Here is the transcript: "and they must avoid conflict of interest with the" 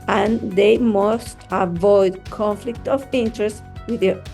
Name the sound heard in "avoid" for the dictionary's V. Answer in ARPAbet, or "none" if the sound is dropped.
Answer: V